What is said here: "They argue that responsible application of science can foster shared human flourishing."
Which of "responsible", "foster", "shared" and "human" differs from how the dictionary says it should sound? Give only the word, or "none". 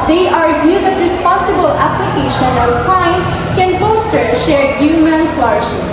foster